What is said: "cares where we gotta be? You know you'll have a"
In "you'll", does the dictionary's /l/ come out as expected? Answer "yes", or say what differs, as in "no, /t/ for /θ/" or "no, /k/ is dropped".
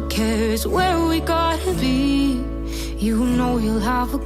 yes